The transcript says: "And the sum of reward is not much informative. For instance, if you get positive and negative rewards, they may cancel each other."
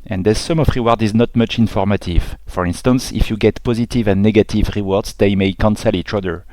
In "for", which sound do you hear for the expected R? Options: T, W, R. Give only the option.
R